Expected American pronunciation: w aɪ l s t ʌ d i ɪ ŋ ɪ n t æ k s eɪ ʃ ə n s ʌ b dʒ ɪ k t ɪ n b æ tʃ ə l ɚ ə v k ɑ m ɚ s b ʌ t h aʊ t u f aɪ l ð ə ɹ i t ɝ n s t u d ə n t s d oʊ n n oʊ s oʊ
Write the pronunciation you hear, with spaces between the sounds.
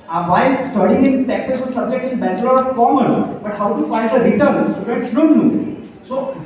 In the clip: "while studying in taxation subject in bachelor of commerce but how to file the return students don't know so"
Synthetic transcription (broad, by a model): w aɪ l s t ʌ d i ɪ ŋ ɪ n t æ k s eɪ s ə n s ʌ b dʒ ɪ k t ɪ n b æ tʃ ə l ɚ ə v k ɑ m ɚ s b ʌ t h aʊ t u f aɪ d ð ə ɹ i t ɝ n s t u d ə t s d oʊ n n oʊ s oʊ